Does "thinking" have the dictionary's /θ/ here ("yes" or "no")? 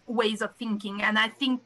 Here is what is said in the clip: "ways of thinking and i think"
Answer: yes